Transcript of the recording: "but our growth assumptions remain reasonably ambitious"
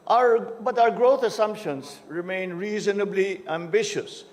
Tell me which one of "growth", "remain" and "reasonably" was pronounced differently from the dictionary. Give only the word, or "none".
growth